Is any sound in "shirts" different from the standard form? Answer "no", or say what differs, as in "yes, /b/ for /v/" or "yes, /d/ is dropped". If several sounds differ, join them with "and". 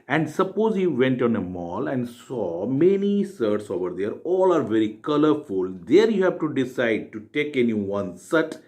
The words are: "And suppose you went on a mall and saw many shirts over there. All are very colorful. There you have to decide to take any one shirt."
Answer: yes, /s/ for /ʃ/